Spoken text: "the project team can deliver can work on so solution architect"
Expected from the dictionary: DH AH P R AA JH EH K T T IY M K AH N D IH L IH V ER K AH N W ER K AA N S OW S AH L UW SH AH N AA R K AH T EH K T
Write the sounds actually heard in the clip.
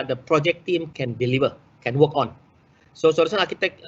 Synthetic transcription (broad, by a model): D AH P R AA JH EH K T T IY M K AH N D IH L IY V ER K AH N W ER K AA N S OW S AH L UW S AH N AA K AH T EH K